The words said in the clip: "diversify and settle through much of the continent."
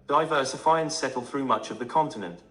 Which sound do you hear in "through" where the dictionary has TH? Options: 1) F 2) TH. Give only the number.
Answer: 2